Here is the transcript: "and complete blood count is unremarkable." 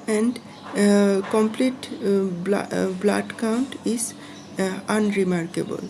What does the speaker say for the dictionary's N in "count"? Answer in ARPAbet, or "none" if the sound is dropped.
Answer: N